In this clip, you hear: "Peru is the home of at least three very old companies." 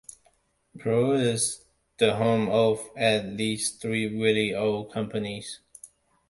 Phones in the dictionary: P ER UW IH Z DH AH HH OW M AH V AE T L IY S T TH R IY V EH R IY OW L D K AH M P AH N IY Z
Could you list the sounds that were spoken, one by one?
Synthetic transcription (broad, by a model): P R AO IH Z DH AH HH OW M AH V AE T L IY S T TH R IY W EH L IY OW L K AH M P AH N IY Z